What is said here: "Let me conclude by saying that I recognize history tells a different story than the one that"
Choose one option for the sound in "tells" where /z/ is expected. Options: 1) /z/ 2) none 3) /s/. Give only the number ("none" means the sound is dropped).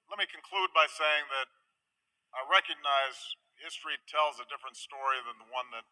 1